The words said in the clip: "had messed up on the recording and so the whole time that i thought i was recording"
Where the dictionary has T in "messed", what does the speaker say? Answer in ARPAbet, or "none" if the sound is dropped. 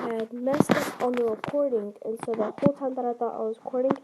none